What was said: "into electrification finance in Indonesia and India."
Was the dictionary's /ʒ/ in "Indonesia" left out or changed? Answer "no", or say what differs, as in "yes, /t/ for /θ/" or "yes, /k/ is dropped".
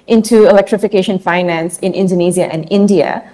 yes, /z/ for /ʒ/